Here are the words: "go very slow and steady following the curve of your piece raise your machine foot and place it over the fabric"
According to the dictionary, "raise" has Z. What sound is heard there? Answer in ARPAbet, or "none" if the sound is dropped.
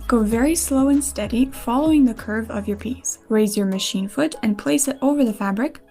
Z